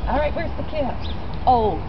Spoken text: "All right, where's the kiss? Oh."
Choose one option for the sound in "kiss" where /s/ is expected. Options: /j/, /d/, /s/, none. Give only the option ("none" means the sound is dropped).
none